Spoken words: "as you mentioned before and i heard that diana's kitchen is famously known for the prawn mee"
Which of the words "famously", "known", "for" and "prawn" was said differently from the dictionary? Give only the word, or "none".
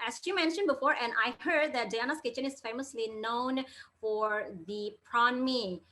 none